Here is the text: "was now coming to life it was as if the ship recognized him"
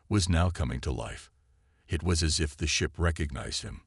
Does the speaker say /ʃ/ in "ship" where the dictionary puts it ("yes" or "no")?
yes